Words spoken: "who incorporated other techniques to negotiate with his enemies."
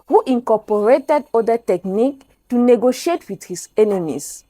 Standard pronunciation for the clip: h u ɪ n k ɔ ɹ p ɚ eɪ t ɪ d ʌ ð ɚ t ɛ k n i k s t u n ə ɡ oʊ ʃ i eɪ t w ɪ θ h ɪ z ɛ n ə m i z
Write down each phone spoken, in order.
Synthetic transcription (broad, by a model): h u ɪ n k ɔ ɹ p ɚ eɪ t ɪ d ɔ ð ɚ t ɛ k n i k t u n ə ɡ oʊ ʃ i eɪ t w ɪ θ h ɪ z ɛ n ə m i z